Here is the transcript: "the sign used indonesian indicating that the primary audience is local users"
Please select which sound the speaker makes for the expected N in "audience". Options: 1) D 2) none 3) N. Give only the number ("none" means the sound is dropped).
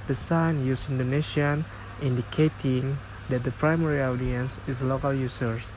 3